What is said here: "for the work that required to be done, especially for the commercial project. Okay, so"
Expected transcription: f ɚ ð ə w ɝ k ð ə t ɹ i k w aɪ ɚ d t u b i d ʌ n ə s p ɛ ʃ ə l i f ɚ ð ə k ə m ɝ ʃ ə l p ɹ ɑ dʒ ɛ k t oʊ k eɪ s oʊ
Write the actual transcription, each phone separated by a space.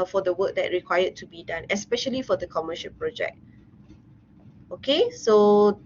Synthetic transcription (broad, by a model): f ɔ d ə w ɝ k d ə t ɹ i k w aɪ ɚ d t u b i d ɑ n ə s p ɛ ʃ ə l i f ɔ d ə k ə m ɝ ʃ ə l p ɹ ɑ dʒ ɛ k t oʊ k eɪ s oʊ